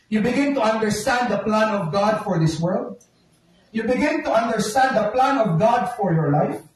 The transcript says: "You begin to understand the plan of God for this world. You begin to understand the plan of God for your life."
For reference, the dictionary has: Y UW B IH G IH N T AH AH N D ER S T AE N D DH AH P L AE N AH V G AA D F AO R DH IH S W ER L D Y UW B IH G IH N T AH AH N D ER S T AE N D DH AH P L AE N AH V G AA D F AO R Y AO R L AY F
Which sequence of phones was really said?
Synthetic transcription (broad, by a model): Y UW B IH G IH N T AH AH N D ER S T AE N D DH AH P L AE N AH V G AA D F AO R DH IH S W ER L D Y UW B IH G IH N T AH AH N D ER S T AE N D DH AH P L AE N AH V G AA D F AO R Y AO R L AY F